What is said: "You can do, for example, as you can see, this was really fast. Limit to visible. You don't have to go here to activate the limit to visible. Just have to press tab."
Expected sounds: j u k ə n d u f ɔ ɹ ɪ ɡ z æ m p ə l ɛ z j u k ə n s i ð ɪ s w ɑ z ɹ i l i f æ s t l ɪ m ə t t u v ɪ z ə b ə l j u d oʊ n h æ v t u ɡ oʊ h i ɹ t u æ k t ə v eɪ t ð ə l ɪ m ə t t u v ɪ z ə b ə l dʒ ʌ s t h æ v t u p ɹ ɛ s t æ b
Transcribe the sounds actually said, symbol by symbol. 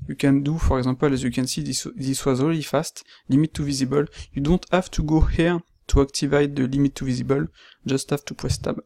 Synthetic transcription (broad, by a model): j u k ə n d u f ɔ ɹ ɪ ɡ z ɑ p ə l ɛ z j u k ə n s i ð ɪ s w ɑ z ɹ i l i f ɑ s t l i m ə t t u v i z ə b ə l j u d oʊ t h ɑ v t u ɡ oʊ h i ɹ t u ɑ k t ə v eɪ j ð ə l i m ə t t u v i z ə b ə l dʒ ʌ s t h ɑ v t u p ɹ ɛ s t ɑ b